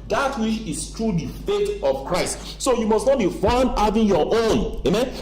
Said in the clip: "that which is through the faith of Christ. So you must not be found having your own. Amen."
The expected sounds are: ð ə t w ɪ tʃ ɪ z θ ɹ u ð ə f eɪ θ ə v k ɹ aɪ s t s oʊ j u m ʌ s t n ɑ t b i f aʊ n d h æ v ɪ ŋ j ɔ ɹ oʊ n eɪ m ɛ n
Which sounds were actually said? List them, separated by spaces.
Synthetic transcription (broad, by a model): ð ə t w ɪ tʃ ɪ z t ɹ u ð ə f eɪ t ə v k ɹ aɪ s t s oʊ j u m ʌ s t n ɑ t b i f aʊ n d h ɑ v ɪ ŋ j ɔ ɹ oʊ n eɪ m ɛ n